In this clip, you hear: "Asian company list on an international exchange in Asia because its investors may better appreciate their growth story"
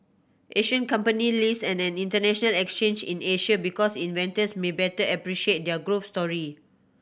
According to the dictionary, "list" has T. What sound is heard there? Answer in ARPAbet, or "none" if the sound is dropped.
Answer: none